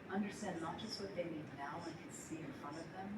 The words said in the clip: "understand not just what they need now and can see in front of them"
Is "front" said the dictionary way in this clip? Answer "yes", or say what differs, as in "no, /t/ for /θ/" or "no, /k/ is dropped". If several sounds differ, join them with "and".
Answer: no, /t/ is dropped